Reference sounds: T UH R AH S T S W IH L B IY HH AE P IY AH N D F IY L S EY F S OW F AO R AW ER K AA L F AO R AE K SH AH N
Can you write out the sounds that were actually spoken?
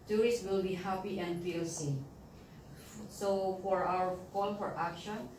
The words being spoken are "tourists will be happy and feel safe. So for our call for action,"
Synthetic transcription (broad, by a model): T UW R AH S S W IH L B IY HH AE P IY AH N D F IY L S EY S OW F AO R AW ER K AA N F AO R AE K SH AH N